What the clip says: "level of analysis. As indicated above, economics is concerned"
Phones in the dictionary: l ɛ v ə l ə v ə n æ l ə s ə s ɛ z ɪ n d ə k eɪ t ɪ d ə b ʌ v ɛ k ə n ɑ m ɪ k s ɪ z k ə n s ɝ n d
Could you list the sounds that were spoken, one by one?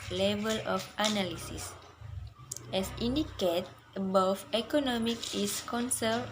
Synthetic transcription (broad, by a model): l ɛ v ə l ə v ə n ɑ l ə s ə s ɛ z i n d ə k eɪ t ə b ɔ f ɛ k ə n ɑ m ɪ k ɪ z k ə n s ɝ